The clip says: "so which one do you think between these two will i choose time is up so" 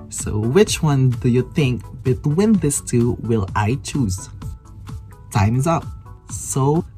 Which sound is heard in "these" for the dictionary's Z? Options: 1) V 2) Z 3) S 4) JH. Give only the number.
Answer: 3